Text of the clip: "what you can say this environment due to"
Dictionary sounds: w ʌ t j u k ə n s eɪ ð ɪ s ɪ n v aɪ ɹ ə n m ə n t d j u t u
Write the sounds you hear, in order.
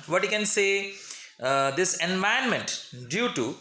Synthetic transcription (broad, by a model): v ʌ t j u k ə n s eɪ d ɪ s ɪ n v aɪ ə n m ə n t d j u t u